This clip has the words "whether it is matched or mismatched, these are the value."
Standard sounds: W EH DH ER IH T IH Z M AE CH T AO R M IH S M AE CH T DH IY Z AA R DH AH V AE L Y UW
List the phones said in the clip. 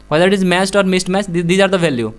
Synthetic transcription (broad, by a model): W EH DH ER IH T IH Z M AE S T AO R M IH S M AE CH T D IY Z AA R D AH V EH L Y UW